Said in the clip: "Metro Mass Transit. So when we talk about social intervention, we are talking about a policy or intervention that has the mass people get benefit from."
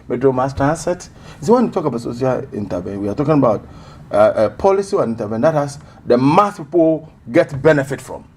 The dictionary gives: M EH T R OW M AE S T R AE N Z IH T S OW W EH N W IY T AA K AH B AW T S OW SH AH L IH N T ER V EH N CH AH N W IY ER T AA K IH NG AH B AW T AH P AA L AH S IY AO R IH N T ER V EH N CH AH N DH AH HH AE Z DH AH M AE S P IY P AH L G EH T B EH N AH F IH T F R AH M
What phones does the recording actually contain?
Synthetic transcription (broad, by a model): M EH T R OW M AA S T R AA N S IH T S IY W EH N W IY T AA K AH B AW T S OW S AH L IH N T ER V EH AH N W IY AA T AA K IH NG AH B AW T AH P AA L AH S IY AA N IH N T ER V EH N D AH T HH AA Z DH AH M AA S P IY P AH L G EH T B EH N AH F IH T F R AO M